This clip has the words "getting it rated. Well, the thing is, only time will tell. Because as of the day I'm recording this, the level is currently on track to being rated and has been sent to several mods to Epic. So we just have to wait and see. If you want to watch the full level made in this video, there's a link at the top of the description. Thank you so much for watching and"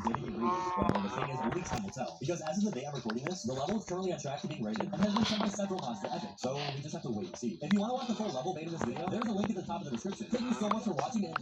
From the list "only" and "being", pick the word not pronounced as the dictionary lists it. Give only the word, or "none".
only